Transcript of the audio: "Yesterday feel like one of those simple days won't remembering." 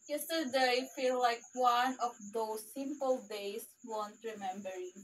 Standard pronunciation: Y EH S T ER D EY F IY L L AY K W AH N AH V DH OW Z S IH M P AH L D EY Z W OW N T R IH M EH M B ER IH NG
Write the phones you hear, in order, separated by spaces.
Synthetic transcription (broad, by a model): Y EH S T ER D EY F IY L L AY K W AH N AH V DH OW S IH M P AH L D EY S W OW N T R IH M EH M B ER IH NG